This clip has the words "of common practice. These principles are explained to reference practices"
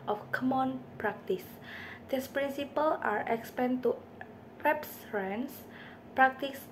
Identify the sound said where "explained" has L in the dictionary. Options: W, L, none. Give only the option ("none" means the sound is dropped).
none